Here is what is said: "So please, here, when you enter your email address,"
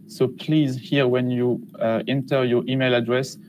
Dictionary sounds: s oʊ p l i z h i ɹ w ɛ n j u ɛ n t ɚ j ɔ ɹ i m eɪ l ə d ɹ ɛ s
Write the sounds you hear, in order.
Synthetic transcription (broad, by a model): s oʊ p l i z h i ɹ w ɛ n j u ɛ n t ɚ j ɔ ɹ i m eɪ l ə d ɹ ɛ s